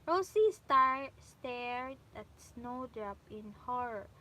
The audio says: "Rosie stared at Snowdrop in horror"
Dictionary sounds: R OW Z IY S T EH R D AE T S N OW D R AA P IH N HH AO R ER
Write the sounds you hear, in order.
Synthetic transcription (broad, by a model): R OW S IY S T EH R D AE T S N OW D R AA P IH N HH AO R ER